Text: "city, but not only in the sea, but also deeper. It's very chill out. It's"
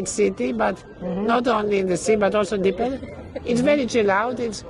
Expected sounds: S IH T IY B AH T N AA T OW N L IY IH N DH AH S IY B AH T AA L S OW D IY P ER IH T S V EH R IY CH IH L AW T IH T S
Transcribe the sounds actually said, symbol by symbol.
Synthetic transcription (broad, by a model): S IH T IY B AH T N AA T OW N L IY IH N DH AH S IY B AH T AA L S OW D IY P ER IH T S V EH R IY CH IH L AW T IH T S